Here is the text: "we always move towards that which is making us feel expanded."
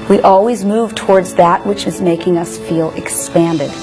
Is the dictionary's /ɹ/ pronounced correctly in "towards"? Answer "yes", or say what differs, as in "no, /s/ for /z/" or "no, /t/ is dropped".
yes